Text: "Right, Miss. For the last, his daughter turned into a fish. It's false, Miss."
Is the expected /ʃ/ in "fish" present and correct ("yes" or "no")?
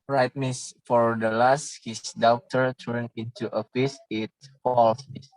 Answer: no